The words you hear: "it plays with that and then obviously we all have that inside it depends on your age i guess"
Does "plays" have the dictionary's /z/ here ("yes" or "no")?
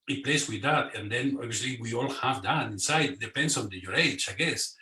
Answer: no